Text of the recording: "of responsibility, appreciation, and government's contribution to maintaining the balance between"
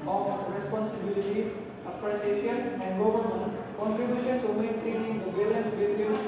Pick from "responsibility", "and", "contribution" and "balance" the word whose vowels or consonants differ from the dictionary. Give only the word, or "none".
balance